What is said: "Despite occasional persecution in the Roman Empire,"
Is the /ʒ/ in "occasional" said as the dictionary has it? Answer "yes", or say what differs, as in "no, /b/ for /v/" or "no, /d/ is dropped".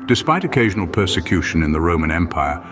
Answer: yes